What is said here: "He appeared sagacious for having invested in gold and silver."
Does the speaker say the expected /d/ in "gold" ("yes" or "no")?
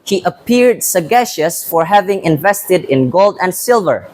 yes